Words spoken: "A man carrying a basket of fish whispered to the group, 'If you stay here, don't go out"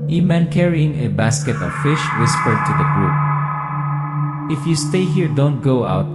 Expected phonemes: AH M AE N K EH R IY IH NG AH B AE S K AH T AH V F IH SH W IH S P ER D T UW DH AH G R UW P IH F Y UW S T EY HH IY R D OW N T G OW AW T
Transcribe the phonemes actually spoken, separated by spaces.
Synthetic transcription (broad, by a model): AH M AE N K EH R IY IH NG AH B AE S K AH T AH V F IH SH W IH S P ER D T UW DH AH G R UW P IH F Y UW S T EY HH IY R D OW N T G OW AW T